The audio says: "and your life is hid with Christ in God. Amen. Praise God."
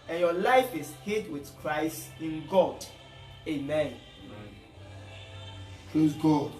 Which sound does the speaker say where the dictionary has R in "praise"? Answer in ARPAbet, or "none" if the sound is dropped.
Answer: L